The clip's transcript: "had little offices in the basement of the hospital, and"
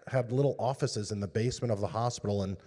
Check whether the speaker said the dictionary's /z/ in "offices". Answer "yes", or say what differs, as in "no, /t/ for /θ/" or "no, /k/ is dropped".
yes